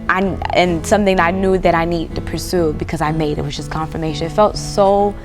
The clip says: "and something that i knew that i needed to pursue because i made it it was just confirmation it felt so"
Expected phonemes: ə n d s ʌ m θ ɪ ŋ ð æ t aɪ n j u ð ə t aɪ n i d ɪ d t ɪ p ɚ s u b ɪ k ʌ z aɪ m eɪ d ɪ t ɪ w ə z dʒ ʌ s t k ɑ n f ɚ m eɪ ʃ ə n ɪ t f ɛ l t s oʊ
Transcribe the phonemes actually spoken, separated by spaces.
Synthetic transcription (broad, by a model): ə n s ʌ m θ ɪ ŋ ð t aɪ n j u ð ə t aɪ n i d d t ɪ p ɚ s u b ɪ k ʌ z aɪ m eɪ ɪ t ɪ w ə z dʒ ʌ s k ɑ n f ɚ m eɪ ʃ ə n ɪ t f ɛ l t s oʊ